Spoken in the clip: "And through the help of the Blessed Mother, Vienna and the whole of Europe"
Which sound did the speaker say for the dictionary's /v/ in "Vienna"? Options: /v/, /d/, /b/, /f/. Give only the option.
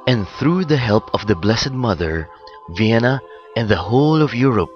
/v/